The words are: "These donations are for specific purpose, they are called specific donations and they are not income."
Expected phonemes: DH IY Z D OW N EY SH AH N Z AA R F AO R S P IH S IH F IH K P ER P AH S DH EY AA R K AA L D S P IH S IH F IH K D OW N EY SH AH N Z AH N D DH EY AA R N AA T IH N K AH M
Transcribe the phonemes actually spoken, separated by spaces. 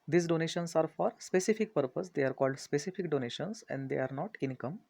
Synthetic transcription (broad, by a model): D IY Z D OW N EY SH AH N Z AA R F AO R S P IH S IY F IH K P ER P AH S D EY AA R K AA L D S P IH S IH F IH K D OW N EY SH AH N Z AH N D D EY AA R N AA T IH N K AH M